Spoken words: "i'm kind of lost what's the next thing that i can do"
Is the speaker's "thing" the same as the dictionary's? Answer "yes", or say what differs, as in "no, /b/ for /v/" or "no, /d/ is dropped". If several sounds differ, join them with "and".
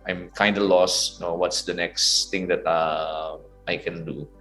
no, /t/ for /θ/